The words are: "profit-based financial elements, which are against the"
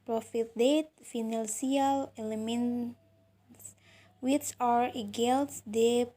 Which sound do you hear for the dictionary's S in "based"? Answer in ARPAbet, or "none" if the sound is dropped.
none